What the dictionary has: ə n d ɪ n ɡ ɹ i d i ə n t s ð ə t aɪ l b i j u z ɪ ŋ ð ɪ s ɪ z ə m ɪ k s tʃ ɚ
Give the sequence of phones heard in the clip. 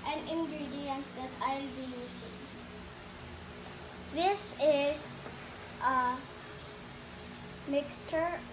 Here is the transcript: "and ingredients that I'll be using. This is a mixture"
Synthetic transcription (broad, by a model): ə n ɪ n ɡ ɹ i d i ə n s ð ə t aɪ l b i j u s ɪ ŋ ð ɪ s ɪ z ə m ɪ k s tʃ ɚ